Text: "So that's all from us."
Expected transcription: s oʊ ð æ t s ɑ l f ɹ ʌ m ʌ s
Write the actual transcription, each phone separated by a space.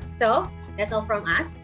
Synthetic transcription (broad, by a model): s oʊ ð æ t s ɑ l f ɹ ʌ m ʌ s